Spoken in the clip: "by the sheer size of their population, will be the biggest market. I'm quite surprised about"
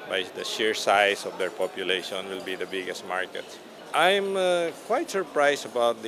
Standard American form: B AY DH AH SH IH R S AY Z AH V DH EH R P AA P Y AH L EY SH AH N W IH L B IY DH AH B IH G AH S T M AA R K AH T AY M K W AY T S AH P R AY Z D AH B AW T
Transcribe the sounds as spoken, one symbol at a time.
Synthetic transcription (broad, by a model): B AY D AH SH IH R S AY S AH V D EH R P AA P Y AH L EY SH AH N W IH L B IY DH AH B IH G AH S T M AA R K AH T AY M K W AY T S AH P R AY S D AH B AW T